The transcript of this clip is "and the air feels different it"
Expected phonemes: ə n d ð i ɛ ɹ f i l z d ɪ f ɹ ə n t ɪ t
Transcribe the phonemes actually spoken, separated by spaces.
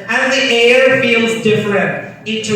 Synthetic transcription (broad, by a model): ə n ð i ɛ ɹ f i l z d ɪ f ɹ ə n t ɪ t